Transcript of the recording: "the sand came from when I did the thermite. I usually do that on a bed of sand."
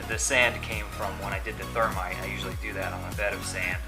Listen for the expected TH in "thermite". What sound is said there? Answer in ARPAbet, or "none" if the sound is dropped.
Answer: TH